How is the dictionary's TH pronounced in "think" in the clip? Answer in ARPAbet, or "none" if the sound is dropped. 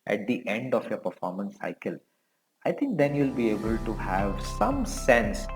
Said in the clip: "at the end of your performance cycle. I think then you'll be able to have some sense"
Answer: T